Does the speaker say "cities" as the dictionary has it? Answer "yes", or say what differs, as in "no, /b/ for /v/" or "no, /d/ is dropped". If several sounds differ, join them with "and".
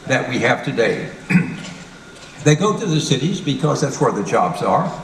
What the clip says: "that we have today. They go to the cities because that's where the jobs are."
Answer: yes